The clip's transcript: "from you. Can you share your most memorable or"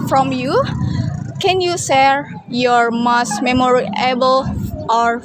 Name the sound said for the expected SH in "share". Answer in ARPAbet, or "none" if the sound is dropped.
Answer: S